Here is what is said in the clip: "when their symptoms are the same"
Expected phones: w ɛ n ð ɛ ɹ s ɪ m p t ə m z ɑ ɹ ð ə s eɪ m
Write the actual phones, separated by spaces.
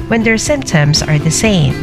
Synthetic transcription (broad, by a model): w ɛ n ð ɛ ɹ s ɪ m p t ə m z ɑ ɹ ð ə s eɪ m